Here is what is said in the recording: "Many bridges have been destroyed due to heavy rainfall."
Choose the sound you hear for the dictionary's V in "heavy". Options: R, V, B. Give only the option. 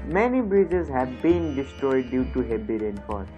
B